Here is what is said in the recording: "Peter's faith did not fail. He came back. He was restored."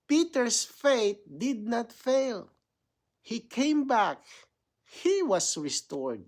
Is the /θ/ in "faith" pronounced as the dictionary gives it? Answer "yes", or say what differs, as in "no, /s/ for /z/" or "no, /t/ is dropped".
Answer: no, /t/ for /θ/